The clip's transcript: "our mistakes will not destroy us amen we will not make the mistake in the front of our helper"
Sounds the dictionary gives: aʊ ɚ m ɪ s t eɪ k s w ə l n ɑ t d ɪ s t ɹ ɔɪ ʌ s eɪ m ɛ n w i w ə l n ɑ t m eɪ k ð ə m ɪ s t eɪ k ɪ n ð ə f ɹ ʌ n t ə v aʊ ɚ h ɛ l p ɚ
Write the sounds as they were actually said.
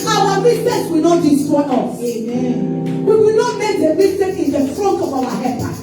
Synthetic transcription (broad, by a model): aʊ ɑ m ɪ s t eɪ s w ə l n ɑ t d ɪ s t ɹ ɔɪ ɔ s eɪ m ɛ n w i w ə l n ɑ t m eɪ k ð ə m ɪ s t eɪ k ɪ n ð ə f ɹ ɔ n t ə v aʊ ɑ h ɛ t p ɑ